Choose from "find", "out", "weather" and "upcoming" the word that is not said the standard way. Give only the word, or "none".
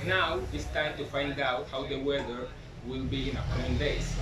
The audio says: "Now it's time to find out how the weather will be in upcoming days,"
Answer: upcoming